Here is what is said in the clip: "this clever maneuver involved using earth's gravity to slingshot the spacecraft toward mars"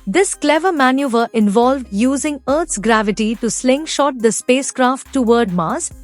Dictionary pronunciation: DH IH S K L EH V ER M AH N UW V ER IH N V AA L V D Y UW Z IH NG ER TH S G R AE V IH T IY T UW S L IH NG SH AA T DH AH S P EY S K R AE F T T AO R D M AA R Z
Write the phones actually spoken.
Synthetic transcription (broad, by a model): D IH S K L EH V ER M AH N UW V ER IH N V AA L V D Y UW Z IH NG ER T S G R AE V IH T IY T UW S L IH NG SH AA T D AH S P EY S K R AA F T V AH R D M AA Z